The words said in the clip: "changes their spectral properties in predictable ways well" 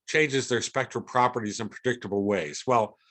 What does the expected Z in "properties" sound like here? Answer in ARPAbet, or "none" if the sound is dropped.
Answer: Z